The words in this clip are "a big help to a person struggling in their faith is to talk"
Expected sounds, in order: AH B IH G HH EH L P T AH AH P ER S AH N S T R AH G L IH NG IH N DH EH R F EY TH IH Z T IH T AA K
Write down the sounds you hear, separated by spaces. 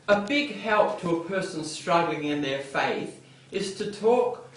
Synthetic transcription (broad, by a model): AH B IH G HH EH L P T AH AH P ER S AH N S T R AH G L IH NG IH N DH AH R F EY TH IH Z T IH T AA K